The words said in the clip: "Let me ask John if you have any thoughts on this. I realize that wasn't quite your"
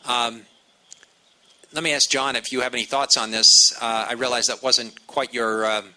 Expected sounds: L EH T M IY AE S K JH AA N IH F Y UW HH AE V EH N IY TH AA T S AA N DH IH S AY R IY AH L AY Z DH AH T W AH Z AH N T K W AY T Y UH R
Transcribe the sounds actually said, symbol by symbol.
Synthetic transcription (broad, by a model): L EH T M IY AE S K JH AA N IH F Y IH V EH N IY TH AA T S N DH IH S AY R IY AH L AY Z DH AH T W AH Z AH N T K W AY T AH R